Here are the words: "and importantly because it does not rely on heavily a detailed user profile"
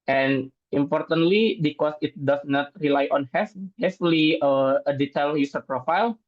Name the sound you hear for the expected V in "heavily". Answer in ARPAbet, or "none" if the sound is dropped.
F